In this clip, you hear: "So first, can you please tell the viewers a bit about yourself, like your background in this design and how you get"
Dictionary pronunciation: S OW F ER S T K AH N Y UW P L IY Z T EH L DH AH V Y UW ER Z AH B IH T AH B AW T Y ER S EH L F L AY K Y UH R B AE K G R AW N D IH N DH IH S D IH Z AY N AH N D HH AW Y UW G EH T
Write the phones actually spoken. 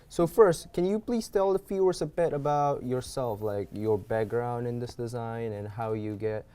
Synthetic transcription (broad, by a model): S OW F ER S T K AH N Y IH P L IY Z T EH L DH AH F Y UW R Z AH B IH T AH B AW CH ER S EH L F L AY K Y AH R B AE K G R AW N D IH N DH IH S D IH Z AY N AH N HH AW Y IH G EH T